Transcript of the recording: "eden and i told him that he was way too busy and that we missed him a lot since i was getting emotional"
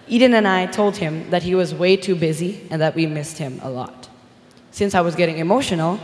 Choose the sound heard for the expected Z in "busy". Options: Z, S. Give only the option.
Z